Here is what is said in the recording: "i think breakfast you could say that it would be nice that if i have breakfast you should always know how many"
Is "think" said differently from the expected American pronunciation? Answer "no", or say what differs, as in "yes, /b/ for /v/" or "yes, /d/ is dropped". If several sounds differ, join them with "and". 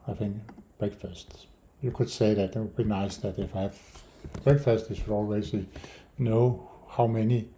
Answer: no